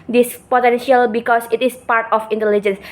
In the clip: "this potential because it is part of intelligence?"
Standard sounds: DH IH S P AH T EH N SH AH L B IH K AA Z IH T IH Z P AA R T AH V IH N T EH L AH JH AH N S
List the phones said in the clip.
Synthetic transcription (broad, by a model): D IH S P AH T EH N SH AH L B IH K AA S IH T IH S P AA R T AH F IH N T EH L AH JH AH N S